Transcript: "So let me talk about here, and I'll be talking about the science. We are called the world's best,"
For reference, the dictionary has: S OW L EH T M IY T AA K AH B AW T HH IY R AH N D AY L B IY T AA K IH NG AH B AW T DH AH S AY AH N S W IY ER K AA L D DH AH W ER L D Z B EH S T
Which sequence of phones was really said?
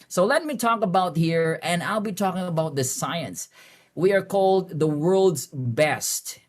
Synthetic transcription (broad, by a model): S OW L EH T M IY T AA K AH B AW T HH IY R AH N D AY L B IY T AA K IH NG AH B AW T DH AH S AY AH N S W IY ER K AA L D DH AH W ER L D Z B EH S T